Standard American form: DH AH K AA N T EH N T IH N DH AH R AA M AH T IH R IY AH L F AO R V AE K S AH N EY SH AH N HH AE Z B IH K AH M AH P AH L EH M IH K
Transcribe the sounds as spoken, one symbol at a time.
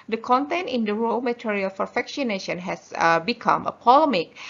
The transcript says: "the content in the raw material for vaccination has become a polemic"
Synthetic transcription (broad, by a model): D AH K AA N T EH N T IH N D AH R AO M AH T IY R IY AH L F AO R F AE K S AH N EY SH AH N HH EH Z B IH K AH M AH P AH L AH M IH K